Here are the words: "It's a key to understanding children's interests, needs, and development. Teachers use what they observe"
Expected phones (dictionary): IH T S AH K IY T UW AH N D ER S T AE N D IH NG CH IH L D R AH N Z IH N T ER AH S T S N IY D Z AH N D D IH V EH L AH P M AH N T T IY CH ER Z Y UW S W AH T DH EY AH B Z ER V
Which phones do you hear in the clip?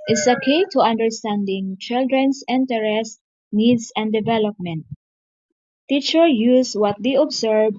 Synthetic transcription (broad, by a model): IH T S AH K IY T UW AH N D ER S T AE N D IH NG CH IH L D R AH N S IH N T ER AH S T N IY D S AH N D D IH V EH L AH P M AH N T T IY CH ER Y UW S W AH T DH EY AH B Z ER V